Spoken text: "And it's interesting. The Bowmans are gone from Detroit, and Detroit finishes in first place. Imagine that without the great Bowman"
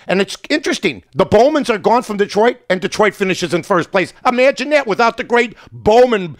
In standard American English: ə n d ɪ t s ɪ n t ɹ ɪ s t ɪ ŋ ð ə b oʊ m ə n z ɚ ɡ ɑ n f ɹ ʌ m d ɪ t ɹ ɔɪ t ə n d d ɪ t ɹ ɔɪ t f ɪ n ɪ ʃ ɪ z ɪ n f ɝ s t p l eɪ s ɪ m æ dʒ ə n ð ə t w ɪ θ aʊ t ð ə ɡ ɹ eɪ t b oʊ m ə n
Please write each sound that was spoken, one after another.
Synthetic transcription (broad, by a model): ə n ɪ t s ɪ n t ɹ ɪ s t ɪ ŋ ð ə b oʊ m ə n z ɚ ɡ ɑ n f ɹ ʌ m d ɪ t ɹ ɔɪ t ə n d d ɪ t ɹ ɔɪ t f ɪ n ɪ ʃ ɪ z ɪ n f ɝ s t p l eɪ s ɪ m æ dʒ ə n ð ə t w ɪ θ aʊ t ð ə ɡ ɹ eɪ t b oʊ m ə n